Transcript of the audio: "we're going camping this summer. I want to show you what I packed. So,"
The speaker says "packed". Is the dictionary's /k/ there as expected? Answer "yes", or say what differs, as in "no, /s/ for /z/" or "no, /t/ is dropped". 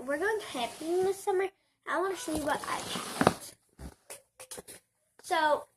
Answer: no, /k/ is dropped